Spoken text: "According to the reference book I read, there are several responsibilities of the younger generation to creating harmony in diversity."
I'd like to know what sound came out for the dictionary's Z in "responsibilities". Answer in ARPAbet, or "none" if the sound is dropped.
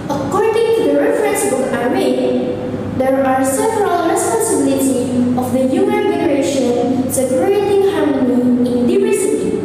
none